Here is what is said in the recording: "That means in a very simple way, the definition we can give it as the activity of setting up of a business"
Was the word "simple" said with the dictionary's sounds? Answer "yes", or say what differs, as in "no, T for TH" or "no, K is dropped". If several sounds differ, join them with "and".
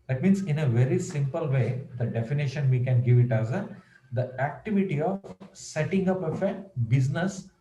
yes